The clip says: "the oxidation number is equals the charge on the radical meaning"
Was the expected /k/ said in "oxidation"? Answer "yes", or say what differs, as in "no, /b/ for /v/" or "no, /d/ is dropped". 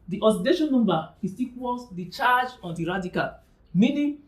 no, /k/ is dropped